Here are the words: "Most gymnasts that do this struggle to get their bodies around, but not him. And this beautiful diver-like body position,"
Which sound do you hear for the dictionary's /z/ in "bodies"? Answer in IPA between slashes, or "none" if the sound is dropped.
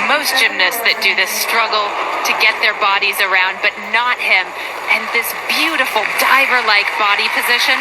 /z/